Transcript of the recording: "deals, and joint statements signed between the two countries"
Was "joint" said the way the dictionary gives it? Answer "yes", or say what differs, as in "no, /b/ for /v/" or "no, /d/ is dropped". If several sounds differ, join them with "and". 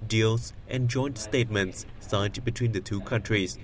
yes